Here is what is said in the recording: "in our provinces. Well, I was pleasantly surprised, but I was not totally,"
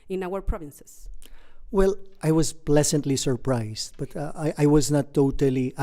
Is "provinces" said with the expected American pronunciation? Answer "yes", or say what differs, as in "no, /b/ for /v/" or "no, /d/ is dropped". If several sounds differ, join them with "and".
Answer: no, /s/ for /z/